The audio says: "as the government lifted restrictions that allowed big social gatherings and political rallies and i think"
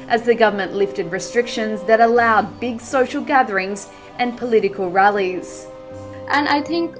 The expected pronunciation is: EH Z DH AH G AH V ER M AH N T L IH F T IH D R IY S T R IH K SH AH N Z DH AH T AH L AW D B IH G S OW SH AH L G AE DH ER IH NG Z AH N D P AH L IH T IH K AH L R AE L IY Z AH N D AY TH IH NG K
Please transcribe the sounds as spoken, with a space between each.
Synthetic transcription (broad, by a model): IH Z DH AH G AH V ER M AH N T L IH F T IH D R IY S T R IH K SH AH N Z DH AH T AH L AW D B IH G S OW SH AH L G AE DH ER IH NG Z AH N P AH L IH T IH K AH L R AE L IY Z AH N AY TH IH NG K